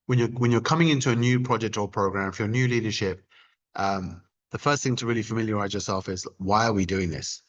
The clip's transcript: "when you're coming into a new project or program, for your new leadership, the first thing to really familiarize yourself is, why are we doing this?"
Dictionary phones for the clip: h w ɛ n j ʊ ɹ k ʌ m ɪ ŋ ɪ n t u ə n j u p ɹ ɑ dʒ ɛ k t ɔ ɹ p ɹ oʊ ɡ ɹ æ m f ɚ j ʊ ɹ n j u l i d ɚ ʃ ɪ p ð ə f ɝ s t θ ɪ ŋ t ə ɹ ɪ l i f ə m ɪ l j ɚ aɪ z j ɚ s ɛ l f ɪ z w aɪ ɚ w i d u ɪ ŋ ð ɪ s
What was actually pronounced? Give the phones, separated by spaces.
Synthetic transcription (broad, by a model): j w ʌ n j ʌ ɹ k ʌ m ɪ ŋ ɪ n t u ə n j u p ɹ ɑ dʒ ɛ k t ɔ l p ɹ oʊ ɡ ɹ æ m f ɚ j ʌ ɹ n j u l i d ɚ ʃ ɪ p ð ə f ɝ s t θ ɪ ŋ t ə ɹ ɪ l i f ə m ɪ l j ɚ aɪ z j ɚ s ɛ l f ɪ z w aɪ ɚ w i d u ɪ ŋ ð ɪ s